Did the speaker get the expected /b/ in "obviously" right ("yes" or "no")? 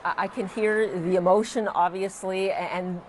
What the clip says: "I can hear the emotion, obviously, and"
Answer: yes